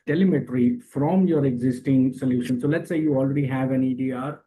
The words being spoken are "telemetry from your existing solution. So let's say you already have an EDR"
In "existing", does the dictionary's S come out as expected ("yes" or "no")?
yes